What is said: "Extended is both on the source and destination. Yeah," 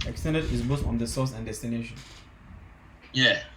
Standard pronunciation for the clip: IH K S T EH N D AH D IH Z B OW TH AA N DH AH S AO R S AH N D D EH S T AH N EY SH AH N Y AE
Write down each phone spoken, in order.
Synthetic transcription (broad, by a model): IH K S T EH N D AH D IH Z B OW F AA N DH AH S AO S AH N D D EH S T AH N EY SH AH N Y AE